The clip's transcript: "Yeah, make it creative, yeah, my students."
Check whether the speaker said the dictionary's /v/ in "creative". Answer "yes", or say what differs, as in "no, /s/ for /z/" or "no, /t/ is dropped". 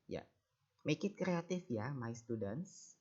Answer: no, /f/ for /v/